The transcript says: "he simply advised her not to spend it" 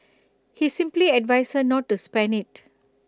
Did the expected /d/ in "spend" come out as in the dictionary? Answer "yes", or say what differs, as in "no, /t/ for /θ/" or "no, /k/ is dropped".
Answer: no, /d/ is dropped